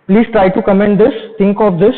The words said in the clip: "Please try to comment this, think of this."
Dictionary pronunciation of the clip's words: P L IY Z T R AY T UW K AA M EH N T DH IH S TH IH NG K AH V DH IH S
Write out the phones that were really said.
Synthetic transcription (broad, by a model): P L IY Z T R AY T UW K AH M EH N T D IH S T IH NG K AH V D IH S